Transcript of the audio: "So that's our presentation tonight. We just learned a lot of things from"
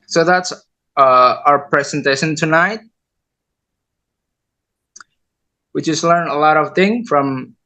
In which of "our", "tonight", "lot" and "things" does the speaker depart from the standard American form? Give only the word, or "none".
things